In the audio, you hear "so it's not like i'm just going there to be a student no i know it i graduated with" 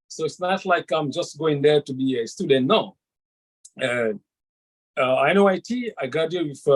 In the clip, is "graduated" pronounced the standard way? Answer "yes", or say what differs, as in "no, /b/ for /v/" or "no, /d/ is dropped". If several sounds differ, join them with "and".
no, /dʒ/ is dropped